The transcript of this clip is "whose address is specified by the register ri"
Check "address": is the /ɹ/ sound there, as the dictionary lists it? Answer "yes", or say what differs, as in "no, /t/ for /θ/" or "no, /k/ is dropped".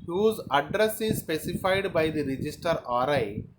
yes